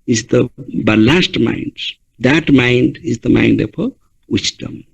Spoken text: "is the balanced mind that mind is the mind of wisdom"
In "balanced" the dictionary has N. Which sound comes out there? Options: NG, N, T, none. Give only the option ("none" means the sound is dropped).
none